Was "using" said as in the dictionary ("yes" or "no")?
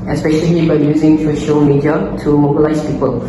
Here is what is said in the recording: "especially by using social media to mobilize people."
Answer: yes